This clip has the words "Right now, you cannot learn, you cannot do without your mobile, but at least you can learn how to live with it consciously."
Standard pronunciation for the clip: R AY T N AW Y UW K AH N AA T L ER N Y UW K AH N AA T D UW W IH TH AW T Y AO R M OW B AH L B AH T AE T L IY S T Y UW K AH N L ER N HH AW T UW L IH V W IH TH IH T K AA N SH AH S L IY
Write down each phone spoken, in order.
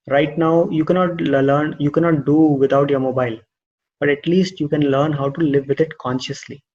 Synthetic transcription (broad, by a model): R AY T N AW Y UW K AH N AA T L ER N Y UW K AH N AA T D UW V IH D AW T Y AO R M OW B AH L B AH T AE T L IY S T Y UW K AH N L ER N HH AW T UW L IH V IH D IH T K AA N SH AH S L IY